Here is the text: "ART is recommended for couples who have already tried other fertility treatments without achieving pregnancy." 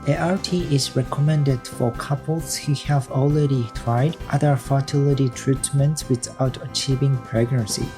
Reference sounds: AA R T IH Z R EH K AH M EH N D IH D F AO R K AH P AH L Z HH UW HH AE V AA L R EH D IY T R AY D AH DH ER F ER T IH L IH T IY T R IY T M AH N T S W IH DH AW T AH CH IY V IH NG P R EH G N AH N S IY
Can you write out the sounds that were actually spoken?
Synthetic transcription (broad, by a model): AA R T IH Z R EH K AH M EH N D IH D F AO R K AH P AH L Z HH UW HH AE V AA L R EH D IY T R AY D AH DH ER F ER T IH L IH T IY T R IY T M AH N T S W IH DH AW T AH CH IY V IH NG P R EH G N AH N S IY